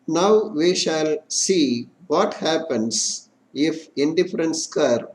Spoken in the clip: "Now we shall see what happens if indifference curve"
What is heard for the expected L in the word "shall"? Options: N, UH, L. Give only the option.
L